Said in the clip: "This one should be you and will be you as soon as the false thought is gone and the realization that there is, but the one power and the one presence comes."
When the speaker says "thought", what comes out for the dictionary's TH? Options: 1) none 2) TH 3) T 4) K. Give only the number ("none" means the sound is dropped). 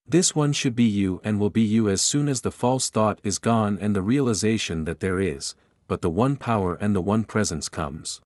2